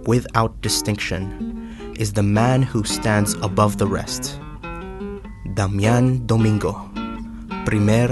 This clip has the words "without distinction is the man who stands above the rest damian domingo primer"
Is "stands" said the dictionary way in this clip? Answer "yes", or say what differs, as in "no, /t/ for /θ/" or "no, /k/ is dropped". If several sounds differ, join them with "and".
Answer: yes